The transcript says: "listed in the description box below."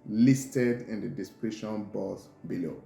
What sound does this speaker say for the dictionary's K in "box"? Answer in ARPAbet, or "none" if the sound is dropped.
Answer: none